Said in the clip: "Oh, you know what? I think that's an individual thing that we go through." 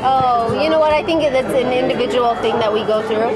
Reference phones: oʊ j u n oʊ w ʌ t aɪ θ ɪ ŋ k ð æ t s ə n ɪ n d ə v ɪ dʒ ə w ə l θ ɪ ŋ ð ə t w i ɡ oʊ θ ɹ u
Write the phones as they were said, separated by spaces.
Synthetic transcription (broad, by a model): oʊ j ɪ n oʊ w ʌ t aɪ θ ɪ ŋ k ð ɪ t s ə n ɪ n d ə v ɪ dʒ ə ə l θ ɪ ŋ ð ə t w i ɡ oʊ θ ɹ u